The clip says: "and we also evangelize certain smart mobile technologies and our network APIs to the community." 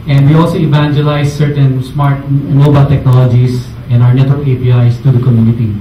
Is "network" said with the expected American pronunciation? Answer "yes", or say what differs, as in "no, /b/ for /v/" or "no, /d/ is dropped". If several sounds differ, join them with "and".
no, /k/ is dropped